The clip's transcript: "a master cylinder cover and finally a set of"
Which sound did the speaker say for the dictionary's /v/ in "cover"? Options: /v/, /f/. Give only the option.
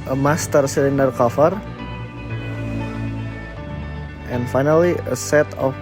/f/